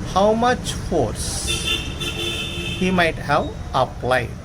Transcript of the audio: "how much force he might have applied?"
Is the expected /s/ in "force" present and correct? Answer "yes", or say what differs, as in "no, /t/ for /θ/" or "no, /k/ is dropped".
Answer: yes